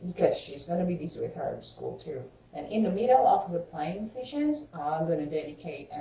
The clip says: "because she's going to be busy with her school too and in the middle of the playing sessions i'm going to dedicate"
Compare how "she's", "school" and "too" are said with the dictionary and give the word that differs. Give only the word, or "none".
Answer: none